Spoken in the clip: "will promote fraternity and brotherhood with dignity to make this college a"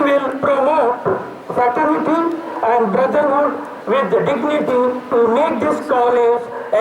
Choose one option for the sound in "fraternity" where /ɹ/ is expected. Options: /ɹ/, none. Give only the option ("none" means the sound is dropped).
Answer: none